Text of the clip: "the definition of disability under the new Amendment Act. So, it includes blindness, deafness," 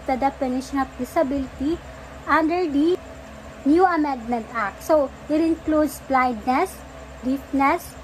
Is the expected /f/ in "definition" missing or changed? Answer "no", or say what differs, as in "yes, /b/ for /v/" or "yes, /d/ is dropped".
yes, /p/ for /f/